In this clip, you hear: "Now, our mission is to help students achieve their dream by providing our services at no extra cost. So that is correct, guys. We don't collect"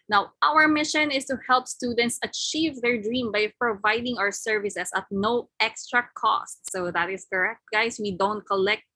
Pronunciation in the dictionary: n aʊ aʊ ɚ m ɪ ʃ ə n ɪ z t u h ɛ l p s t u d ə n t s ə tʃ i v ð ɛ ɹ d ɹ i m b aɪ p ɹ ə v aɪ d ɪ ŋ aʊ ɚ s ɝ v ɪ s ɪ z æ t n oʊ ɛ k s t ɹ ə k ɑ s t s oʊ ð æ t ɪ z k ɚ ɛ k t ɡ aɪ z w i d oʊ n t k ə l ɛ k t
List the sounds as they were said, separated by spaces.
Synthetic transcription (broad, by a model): n aʊ aʊ ɚ m ɪ ʃ ə n ɪ s t u h ɛ l p s t u d ə n t s ə tʃ i v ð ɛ ɹ d ɹ i m b aɪ p ɹ ə v aɪ d ɪ ŋ aʊ ɚ s ɝ v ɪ s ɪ s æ t n oʊ ɛ k s t ɹ ə k ɑ s t s oʊ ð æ t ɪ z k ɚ ɛ k t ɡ aɪ s w i d oʊ n t k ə l ɛ k t